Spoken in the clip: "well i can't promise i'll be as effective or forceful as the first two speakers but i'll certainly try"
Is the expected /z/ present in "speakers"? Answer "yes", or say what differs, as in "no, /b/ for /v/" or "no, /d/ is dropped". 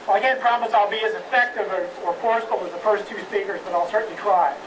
yes